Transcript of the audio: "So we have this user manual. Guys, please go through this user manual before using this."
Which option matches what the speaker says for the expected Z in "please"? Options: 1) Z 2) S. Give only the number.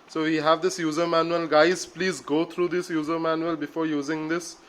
1